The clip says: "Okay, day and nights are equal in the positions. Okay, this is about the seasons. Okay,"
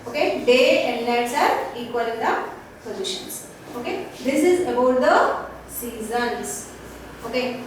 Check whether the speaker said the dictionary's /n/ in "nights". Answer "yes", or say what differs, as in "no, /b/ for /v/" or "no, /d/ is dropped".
no, /l/ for /n/